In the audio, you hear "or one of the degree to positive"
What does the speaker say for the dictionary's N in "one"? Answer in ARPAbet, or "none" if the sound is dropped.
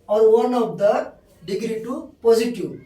N